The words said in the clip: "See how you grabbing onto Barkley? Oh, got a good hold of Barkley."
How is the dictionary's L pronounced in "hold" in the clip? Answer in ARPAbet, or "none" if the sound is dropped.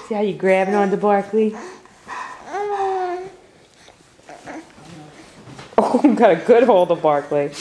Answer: L